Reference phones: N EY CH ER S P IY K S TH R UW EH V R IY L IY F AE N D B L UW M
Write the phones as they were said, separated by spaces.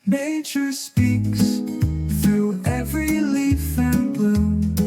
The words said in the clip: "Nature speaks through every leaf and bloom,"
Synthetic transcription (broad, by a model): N EY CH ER S P IY K S TH R UW EH V R IY L IY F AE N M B L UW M